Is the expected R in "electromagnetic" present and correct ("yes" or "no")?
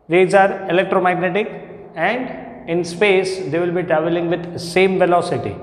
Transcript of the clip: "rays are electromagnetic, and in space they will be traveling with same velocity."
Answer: yes